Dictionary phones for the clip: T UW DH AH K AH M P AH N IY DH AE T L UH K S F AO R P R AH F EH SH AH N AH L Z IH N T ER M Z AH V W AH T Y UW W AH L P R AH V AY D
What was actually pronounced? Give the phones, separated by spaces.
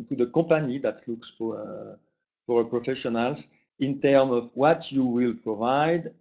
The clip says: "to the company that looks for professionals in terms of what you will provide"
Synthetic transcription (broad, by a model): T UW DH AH K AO P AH N IY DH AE T L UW K S F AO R P R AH F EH SH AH N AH L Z IH N T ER M AH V W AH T Y UW W AH L P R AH V AY D